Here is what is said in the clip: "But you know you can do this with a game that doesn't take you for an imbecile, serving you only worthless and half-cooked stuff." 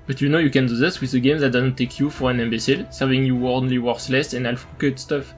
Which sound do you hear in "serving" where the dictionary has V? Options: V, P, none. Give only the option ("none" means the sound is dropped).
V